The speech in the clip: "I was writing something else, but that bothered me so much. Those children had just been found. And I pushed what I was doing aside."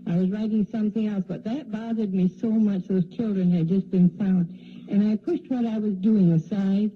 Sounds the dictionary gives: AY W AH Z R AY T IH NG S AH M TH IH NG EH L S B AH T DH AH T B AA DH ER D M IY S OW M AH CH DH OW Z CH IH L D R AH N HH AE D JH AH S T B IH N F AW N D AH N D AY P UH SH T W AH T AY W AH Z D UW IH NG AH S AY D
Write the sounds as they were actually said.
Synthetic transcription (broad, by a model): AY W AH Z R AY T IH NG S AH M TH IH NG EH L S B AH T DH AH T B AA DH ER D M IY S OW M AH CH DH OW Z CH IH L D R AH N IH D JH AH S B IH N F AW N D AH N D AY P UH SH T W AH T AY W AH Z D UW IH NG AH S AY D